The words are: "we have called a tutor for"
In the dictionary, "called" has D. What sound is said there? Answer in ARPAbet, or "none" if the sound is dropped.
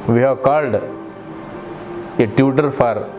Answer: D